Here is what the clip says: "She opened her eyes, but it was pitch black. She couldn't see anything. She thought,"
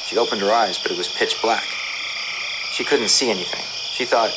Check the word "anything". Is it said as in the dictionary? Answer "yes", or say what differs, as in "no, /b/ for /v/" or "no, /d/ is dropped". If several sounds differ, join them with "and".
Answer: yes